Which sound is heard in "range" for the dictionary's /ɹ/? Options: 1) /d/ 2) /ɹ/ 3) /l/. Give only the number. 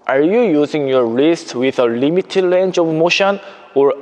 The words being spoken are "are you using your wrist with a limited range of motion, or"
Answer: 3